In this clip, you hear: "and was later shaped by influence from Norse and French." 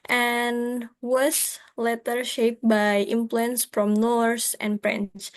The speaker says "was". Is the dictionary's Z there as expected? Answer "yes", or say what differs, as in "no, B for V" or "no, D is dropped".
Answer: no, S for Z